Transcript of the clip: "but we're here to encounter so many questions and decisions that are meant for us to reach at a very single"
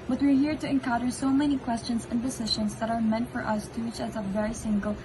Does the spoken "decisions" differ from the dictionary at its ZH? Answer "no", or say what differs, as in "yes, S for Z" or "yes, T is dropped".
yes, SH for ZH